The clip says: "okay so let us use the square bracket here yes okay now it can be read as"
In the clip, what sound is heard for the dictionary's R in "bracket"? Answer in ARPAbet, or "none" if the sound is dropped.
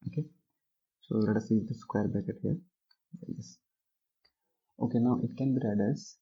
none